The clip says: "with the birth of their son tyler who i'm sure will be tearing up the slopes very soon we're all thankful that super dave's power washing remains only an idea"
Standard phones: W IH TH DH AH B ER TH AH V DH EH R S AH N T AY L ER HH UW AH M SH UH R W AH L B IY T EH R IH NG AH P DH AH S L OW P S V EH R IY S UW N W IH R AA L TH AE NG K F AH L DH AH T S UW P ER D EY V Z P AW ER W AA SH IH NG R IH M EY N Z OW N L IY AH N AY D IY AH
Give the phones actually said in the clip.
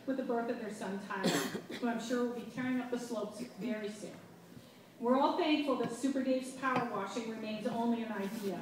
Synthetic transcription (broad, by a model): W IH DH AH B ER TH AH V DH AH R S AH N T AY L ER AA AH M SH UH R W AH L B IY T EH R IH NG AH P DH AH S L OW P S V EH R IY S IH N W IH R AA L TH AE NG K F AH L DH AH T S UW P ER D EY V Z P AW ER W AA SH IH NG R IH M EY N Z OW N L IY AH N AY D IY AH